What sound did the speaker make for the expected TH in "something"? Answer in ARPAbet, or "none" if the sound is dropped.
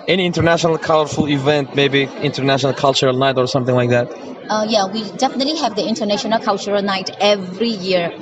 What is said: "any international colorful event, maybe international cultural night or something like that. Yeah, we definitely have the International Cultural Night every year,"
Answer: TH